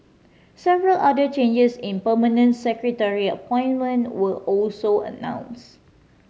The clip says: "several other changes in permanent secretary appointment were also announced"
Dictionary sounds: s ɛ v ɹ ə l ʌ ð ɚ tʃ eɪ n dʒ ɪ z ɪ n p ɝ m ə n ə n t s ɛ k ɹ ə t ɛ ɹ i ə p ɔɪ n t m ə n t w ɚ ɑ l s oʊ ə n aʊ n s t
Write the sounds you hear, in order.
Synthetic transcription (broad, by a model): s ɛ v ɹ ə l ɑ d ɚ tʃ eɪ n dʒ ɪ s ɪ n p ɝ m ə n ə n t s ɛ k ɹ ə t ɛ ɹ i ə p ɔɪ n m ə n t w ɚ ɑ l s oʊ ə n aʊ n s